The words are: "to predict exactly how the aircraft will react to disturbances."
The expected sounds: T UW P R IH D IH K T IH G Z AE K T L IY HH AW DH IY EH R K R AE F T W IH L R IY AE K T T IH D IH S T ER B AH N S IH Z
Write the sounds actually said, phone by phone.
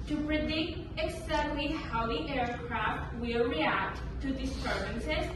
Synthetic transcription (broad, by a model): T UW P R IH D IH K T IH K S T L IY HH AW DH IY EH R K R AE F T W IH L R IY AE K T T IH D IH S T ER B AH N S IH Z